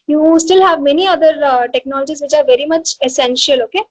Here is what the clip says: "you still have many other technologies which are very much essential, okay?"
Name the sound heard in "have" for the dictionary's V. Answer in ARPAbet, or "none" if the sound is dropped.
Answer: V